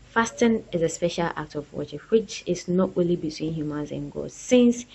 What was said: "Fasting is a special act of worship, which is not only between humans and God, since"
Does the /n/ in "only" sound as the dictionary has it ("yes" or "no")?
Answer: no